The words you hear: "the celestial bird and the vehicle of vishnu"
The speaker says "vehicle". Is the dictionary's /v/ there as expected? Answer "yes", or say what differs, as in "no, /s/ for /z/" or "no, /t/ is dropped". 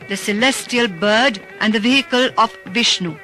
yes